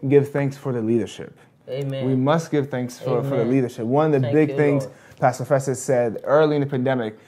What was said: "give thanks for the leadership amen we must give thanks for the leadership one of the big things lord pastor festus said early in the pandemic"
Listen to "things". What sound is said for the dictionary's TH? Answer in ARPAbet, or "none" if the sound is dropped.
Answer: TH